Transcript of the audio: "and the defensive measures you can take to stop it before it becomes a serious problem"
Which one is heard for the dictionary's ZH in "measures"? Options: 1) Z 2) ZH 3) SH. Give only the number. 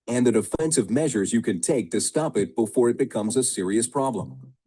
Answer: 2